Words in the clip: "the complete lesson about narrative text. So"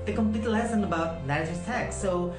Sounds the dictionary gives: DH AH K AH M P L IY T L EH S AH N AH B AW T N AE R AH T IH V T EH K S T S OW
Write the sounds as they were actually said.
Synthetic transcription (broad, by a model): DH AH K AH M P L IY T L EH S AH N AH B AW T L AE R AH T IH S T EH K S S OW